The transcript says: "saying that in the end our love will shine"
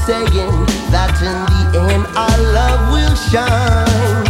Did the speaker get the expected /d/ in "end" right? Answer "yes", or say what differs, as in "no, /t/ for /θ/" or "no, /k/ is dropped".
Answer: no, /d/ is dropped